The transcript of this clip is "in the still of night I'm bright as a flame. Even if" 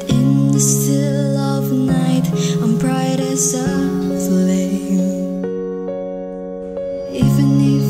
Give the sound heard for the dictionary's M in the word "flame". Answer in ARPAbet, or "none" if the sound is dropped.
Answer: none